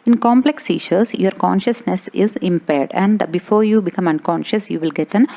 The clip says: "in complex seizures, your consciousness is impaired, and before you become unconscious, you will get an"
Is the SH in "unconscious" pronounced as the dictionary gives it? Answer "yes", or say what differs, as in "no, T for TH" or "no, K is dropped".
yes